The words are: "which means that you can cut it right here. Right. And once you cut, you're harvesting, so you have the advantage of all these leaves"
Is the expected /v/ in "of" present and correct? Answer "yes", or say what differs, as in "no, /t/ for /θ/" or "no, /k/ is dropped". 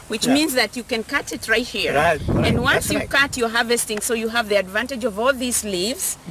yes